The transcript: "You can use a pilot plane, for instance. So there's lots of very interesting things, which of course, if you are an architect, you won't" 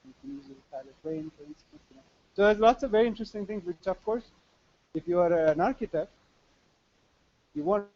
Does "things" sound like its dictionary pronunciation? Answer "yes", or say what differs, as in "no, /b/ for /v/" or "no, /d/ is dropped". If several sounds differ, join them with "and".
no, /t/ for /θ/